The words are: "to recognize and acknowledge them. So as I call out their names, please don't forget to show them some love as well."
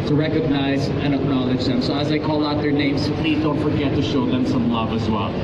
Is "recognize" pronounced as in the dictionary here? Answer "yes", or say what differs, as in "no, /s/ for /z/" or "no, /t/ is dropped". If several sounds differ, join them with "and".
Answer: yes